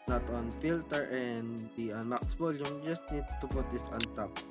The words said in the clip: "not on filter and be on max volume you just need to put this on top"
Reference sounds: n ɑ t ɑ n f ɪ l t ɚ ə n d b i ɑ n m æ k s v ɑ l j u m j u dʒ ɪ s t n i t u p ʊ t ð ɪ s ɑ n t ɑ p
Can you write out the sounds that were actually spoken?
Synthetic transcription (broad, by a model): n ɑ t ɑ n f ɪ l t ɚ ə n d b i ɑ n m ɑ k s b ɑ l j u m dʒ ɪ s t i t u p ʊ t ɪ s ɑ n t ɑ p